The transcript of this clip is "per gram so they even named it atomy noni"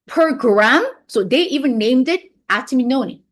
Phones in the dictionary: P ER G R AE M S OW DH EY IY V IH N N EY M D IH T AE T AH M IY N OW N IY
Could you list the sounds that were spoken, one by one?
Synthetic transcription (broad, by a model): P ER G R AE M S OW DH EY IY V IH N N EY M D IH T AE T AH M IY N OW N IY